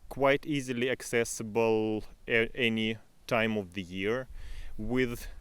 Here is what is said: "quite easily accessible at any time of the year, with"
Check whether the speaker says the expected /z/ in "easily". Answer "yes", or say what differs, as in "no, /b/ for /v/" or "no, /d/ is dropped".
yes